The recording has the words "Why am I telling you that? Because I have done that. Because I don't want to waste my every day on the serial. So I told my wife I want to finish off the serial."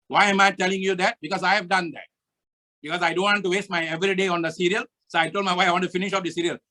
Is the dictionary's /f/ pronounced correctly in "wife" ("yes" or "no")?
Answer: no